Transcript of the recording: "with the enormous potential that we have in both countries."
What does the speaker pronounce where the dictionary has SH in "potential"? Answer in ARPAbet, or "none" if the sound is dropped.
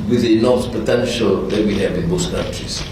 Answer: SH